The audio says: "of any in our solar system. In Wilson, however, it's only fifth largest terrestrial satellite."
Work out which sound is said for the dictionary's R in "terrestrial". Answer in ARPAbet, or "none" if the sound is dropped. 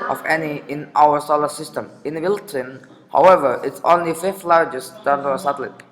none